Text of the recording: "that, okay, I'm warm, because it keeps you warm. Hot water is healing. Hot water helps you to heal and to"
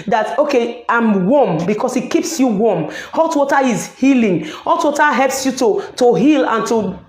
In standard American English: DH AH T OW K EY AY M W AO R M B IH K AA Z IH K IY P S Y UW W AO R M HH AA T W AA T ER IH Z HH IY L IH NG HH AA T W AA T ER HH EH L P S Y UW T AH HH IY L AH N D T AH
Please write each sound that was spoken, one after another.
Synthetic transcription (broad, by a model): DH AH T OW K EY AY M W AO M B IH K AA S IH K IY P S Y UW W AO M HH AA T W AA T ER IH Z HH IY L IH NG HH AA T W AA T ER HH EH L P S Y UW T AH HH IY L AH N T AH